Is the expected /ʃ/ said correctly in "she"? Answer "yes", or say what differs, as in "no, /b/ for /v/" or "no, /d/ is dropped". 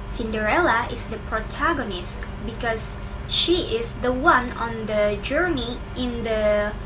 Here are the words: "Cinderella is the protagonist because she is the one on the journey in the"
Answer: yes